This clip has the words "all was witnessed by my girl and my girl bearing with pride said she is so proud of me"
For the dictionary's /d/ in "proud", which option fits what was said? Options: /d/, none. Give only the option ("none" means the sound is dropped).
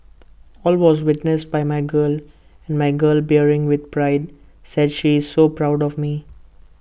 /d/